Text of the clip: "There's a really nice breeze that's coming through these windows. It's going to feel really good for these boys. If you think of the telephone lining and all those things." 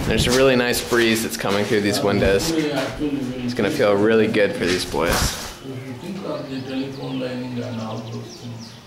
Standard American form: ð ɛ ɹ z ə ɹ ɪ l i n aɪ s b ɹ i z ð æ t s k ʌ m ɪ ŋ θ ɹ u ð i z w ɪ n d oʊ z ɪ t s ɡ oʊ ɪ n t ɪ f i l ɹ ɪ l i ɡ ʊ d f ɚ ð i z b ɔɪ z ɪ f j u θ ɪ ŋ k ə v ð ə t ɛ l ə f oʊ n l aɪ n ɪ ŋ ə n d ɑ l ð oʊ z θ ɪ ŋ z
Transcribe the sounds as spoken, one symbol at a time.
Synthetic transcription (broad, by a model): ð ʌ ɹ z ə ɹ ɪ l i n aɪ s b ɹ i z ð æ t s k ʌ m ɪ ŋ θ ɹ u ð i z w ɪ n d oʊ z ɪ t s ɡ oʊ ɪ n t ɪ f i l ɹ ɪ l i ɡ ʊ d f ɚ ð i z b ɔɪ z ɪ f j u t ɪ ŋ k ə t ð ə t ɛ l ə f oʊ n l aɪ n ɪ ŋ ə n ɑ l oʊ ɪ